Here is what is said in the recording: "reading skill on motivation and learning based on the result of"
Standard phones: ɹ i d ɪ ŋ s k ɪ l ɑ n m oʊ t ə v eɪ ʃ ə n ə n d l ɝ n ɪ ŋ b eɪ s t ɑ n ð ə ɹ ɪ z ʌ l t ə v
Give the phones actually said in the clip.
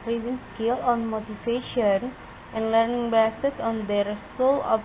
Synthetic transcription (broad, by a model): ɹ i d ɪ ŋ s k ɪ l ɑ n m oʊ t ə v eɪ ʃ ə n ə n d l ɝ n ɪ ŋ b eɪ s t ɑ n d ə ɹ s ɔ l ə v